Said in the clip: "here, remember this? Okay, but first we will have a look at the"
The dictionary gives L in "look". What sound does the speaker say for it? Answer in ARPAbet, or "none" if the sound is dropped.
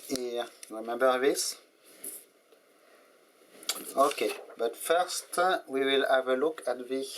L